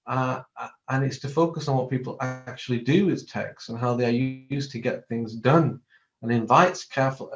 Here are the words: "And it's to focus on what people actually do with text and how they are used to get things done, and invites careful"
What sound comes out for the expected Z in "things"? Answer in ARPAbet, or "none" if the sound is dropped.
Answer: Z